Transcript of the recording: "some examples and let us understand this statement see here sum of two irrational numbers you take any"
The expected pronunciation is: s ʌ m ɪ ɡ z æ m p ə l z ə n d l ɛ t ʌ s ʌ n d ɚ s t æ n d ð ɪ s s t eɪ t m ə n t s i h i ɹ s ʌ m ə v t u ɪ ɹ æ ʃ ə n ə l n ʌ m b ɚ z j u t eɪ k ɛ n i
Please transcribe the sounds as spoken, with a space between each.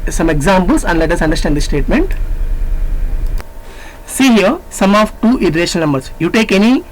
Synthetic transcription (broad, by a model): s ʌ m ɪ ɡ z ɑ m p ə l s ə n d l ɛ t ʌ s ʌ n d ɚ s t æ n d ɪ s s t eɪ t m ə n t s i h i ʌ s ʌ m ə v t u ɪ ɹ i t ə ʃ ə n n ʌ m b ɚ s j u t eɪ k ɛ n i